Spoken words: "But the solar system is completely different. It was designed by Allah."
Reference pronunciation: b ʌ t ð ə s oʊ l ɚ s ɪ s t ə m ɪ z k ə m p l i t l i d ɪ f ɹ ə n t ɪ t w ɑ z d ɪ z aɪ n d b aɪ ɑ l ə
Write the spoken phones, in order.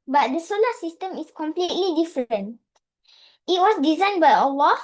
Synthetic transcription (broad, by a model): b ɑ t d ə s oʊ l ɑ s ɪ s t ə m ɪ s k ə m p l i t l i d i f ɹ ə n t ɪ t w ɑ s d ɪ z aɪ n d b aɪ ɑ l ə